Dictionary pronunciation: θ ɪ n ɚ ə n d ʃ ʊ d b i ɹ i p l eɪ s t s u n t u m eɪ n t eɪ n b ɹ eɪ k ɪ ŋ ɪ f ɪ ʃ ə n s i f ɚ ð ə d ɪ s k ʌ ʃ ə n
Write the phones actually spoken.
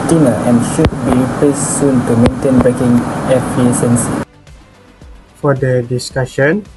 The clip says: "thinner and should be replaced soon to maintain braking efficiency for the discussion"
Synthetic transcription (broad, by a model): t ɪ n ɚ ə n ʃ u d b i i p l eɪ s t s u n t u m eɪ n t eɪ n b ɹ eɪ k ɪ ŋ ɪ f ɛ s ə n s f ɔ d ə d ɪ s k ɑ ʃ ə n